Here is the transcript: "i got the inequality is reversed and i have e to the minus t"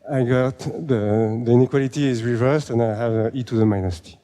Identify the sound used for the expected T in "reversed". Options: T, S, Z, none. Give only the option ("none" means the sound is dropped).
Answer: T